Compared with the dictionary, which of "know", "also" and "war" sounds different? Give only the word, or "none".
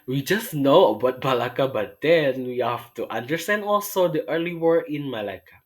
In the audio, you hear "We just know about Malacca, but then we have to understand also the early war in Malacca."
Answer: none